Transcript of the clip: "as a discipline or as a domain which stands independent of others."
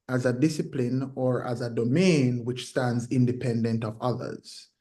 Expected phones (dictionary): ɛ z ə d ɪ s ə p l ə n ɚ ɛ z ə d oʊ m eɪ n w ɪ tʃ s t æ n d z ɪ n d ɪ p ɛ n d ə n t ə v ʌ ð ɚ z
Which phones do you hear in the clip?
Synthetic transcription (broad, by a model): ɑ z ə d ɪ s ə p l ə n ɚ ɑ z ə d oʊ m eɪ n w ɪ tʃ s t æ n d z ɪ n d ɪ p ɛ n d ə n t ə v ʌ ð ɚ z